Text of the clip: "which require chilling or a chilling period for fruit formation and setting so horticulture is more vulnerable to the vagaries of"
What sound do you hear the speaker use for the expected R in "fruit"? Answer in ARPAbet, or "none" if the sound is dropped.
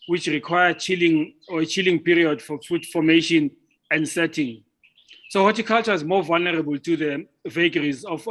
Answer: none